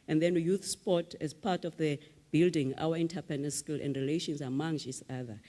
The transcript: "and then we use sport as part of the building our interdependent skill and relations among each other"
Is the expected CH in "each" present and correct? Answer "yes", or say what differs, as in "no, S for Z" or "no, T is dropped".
no, S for CH